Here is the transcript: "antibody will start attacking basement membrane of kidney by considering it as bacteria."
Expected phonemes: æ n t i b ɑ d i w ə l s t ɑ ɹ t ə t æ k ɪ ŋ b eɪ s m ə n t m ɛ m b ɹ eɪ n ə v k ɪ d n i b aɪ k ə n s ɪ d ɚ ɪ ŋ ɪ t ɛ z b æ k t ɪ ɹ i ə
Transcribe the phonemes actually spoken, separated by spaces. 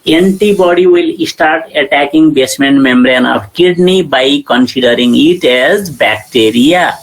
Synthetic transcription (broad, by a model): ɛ n t i b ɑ d i w ə l s t ɑ ɹ t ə t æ k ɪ ŋ b eɪ s m ə n t m ɛ m b ɹ eɪ n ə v k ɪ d n i b aɪ k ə n s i d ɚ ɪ ŋ ɪ t ɛ z b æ k t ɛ ɹ i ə